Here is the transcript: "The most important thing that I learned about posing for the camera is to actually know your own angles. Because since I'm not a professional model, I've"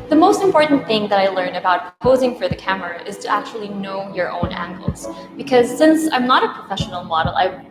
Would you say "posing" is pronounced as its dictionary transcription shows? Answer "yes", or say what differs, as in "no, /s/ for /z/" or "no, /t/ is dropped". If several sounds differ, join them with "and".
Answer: yes